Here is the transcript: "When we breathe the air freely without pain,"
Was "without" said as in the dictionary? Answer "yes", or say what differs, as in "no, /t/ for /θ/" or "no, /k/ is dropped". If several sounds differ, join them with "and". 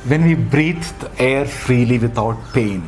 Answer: no, /t/ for /θ/